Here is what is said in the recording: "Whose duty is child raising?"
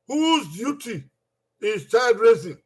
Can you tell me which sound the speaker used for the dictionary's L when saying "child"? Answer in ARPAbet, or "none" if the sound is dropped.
none